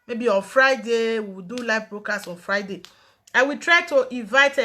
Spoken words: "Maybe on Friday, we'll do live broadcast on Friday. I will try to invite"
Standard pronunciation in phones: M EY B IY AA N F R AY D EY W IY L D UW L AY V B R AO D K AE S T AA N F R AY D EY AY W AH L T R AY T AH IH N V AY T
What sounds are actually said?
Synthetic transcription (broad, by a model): M EY B IY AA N F R AY D EY W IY W D UW L AY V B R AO K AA S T AA N F R AY D EY AY W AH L T R AY T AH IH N V AY T